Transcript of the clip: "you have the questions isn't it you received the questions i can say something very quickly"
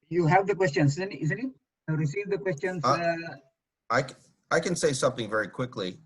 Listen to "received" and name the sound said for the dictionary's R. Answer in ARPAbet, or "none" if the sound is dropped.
R